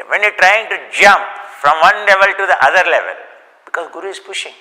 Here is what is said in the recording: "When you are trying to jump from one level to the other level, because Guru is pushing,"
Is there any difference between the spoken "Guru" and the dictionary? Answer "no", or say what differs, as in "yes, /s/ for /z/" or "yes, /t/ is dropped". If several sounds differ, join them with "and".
no